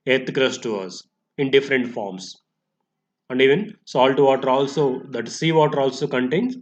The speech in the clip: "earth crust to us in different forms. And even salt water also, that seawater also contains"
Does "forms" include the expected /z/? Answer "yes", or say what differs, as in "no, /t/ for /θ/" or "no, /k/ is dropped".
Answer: no, /s/ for /z/